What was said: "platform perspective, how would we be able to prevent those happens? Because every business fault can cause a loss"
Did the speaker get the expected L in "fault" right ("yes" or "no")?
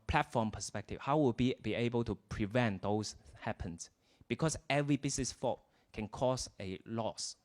no